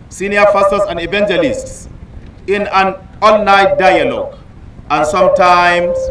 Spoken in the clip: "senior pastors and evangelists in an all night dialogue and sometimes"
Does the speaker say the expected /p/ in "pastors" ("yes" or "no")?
no